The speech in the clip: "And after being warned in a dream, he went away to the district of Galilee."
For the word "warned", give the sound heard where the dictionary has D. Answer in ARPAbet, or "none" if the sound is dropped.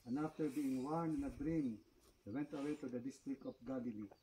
none